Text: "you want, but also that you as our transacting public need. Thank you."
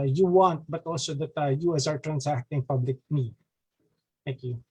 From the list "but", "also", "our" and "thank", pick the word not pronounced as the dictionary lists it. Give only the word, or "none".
thank